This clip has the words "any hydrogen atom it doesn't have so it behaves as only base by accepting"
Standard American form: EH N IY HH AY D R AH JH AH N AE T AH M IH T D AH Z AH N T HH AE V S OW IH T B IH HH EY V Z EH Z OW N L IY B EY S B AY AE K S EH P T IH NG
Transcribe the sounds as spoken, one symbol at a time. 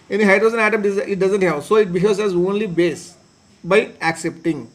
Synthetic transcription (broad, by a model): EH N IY HH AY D R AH Z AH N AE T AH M IH T D AH Z AH N T HH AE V S OW IH T B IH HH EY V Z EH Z OW N L IY B EY S B AY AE K S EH P T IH NG